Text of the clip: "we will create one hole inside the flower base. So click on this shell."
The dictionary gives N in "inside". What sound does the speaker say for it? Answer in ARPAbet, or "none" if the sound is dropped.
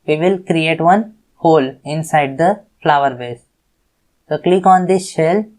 N